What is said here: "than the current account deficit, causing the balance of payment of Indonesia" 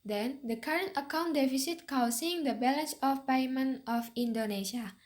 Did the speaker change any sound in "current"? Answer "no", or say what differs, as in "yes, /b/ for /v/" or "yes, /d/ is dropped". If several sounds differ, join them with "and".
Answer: no